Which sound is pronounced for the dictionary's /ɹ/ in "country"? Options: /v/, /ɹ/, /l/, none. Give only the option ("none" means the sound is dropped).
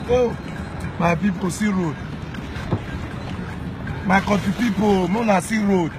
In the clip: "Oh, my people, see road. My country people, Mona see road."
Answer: none